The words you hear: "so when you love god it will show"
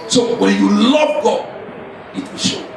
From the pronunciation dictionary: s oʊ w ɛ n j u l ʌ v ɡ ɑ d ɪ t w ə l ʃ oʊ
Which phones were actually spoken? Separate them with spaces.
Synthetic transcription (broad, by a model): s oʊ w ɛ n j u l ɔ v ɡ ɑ ɪ t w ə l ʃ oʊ